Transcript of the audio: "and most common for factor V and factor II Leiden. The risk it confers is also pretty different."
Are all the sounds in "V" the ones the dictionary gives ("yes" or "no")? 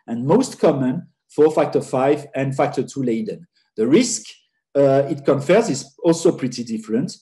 no